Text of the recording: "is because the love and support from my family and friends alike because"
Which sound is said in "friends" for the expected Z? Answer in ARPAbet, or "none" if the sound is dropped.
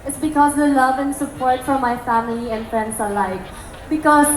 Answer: S